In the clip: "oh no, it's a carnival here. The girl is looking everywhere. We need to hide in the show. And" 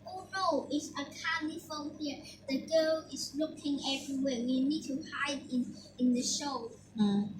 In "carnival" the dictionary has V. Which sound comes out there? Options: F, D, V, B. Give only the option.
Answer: F